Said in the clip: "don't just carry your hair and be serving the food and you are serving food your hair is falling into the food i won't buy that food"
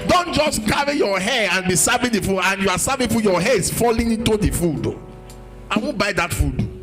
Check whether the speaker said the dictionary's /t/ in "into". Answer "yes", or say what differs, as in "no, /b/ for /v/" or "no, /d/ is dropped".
yes